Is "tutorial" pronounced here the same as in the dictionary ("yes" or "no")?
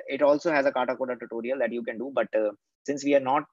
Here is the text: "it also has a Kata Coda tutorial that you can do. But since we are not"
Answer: yes